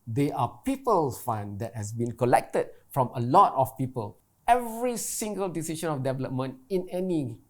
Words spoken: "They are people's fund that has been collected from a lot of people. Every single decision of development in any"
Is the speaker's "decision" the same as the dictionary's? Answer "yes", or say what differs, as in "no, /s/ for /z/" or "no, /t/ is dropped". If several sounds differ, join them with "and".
no, /ʃ/ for /ʒ/